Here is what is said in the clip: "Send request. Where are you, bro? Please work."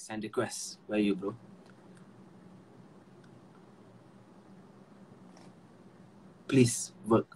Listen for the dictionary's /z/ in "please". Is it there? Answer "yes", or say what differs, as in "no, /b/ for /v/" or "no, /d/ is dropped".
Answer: no, /s/ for /z/